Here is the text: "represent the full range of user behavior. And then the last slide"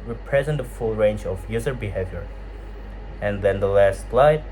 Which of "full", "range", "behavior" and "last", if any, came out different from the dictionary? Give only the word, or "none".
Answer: none